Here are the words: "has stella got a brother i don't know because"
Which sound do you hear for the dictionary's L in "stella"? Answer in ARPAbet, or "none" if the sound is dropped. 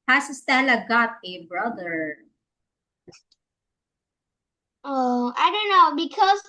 N